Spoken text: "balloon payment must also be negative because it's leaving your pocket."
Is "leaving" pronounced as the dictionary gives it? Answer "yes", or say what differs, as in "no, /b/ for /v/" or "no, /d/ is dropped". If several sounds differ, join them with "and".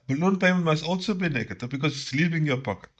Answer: no, /p/ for /v/